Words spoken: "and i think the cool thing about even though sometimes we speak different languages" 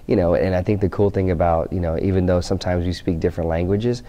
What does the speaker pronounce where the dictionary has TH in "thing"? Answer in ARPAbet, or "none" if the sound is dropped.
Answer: TH